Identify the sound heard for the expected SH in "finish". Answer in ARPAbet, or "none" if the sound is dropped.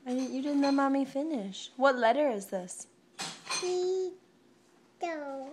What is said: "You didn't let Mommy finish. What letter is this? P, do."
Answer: SH